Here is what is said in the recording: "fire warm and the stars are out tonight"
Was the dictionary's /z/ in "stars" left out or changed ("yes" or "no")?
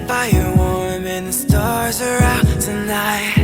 no